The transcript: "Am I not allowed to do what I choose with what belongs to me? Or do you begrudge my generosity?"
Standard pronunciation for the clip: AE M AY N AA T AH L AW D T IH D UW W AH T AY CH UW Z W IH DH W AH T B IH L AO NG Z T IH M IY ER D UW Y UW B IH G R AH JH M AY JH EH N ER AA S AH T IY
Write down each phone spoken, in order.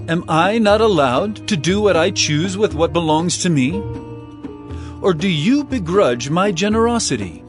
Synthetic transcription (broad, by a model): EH M AY N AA T AH L AW D T IH D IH W AH T AY CH UW Z W IH DH W AH T B IH L AO NG Z T IH M IY ER D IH Y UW B IH G R AH JH M AY JH EH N ER AA S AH T IY